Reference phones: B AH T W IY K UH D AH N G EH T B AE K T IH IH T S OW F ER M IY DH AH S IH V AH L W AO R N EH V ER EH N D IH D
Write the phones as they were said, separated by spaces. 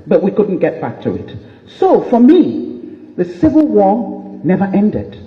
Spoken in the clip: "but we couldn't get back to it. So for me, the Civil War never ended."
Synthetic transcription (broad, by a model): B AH T W IY K UH D N G EH T B AE K T IH IH T S OW F ER M IY DH AH S IH V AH L W AO R N EH V ER EH N D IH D